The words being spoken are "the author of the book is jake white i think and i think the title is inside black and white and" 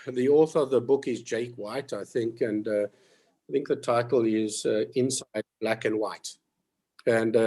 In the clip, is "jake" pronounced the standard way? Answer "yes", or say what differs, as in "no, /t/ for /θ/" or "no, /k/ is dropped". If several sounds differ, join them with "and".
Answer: yes